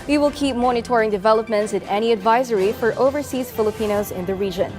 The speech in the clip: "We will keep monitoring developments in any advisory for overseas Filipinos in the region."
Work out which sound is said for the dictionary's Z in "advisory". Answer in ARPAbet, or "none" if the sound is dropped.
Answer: Z